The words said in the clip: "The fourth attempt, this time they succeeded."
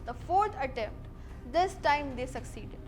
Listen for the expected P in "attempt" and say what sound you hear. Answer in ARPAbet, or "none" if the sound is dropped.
P